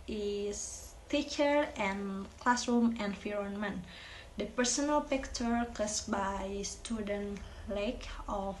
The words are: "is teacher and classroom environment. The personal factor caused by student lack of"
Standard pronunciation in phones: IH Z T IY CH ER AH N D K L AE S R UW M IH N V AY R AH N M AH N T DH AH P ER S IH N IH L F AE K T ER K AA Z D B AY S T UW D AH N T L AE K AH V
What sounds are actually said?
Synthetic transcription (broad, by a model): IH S T IY CH ER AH N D K L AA S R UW M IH N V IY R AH N M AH N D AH P ER S IH N IH L P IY K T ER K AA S B AY S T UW D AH N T L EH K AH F